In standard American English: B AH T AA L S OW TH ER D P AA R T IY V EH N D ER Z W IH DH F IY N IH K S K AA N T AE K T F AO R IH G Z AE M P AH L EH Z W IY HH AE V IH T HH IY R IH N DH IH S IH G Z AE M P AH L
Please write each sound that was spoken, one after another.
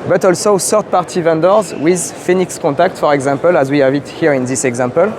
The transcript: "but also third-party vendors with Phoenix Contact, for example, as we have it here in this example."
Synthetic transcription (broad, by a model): B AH T AA L S OW S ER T P AA R T IY V EH N D ER Z W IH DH F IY N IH K S K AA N T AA K T F AO R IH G Z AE M P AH L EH Z W IY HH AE V IH T HH IY R IH N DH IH S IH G Z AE M P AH L